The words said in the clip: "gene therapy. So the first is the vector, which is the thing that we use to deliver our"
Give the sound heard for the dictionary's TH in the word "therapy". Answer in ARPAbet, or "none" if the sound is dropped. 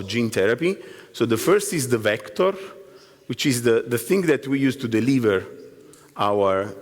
T